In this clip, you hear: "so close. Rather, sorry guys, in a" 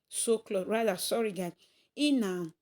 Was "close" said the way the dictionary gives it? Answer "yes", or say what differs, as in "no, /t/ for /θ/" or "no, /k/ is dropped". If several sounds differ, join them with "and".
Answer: no, /s/ is dropped